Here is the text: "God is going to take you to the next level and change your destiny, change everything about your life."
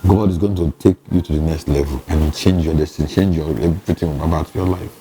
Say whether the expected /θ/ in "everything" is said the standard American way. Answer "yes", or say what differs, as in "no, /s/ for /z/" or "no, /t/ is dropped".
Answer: no, /t/ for /θ/